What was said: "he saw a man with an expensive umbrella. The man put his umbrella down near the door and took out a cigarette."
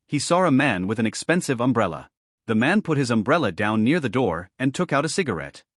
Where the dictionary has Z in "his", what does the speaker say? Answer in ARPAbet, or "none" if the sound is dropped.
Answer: Z